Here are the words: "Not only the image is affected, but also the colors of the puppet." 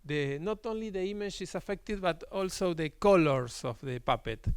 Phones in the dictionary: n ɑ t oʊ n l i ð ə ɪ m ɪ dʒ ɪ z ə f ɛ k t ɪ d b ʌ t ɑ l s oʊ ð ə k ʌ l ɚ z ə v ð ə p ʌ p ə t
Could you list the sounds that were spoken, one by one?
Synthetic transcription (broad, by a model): n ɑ t oʊ n l i ð ə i m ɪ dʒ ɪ s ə f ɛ k t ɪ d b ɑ t ɑ l s oʊ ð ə k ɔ l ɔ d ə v ð ə p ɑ p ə t